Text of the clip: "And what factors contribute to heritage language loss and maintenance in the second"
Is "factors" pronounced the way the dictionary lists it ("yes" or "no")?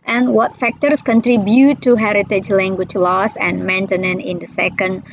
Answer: no